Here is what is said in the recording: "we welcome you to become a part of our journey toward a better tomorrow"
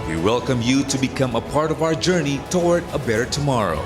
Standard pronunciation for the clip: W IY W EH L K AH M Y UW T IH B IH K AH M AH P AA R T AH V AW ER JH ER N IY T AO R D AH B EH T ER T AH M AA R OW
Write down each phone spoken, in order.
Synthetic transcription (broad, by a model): W IY W EH L K AH M Y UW T IH B IH K AH M AH P AA R T AH V AW ER JH ER N IY T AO R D AH B EH T ER T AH M AA R OW